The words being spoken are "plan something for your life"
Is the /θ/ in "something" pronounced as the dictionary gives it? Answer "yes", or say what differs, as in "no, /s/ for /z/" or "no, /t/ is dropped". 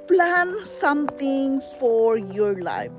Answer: no, /t/ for /θ/